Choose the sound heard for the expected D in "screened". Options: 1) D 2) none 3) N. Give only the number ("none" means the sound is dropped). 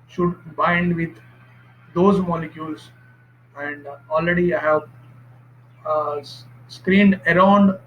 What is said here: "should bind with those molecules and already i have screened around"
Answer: 1